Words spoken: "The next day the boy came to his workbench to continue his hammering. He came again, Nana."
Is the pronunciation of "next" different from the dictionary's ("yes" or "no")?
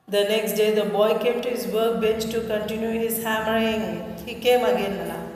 no